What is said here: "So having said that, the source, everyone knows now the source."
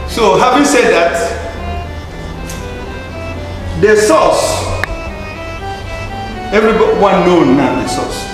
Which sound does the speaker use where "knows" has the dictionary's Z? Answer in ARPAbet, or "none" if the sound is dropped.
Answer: none